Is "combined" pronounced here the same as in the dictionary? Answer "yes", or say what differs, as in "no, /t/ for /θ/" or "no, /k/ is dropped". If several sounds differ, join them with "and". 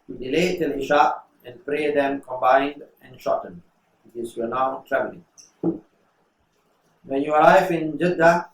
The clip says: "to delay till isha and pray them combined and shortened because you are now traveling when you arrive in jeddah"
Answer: yes